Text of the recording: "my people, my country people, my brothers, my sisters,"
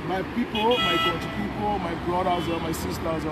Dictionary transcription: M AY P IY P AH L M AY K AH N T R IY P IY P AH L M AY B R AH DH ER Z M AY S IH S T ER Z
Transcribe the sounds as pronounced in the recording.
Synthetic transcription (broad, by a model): M AY P IY P AH L M AY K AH T IY P IY P AH L M AY B R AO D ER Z M AY S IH S T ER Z